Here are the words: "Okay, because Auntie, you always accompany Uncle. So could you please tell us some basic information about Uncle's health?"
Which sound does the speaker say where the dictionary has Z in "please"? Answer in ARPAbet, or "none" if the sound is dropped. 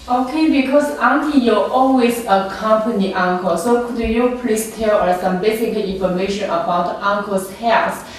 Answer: S